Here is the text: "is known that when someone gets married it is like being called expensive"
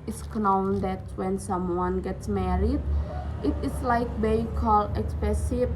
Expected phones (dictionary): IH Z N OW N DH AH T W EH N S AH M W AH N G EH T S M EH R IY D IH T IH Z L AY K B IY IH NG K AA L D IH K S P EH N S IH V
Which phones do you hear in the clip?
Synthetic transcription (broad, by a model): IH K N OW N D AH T W EH N S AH M W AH N G EH T S M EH R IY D IH T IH S L AY K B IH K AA L IH K S P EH S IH